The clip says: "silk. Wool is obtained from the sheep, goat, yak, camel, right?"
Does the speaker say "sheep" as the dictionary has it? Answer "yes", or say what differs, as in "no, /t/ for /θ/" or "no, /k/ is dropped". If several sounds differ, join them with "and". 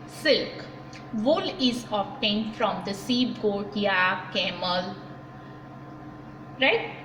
no, /s/ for /ʃ/